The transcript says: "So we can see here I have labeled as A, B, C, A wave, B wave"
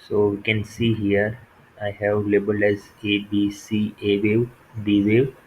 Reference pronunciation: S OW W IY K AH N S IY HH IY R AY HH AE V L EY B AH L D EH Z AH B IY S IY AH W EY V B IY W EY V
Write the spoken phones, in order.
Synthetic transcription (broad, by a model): S OW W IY K AH N S IY HH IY R AY HH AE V L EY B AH L EH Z AH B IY S IY AH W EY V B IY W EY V